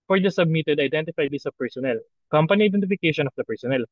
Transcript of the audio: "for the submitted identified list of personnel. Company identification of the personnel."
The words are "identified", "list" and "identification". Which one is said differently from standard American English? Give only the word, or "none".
list